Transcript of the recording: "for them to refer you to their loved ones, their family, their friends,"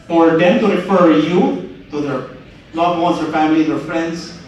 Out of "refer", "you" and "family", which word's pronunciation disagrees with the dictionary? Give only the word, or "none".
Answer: none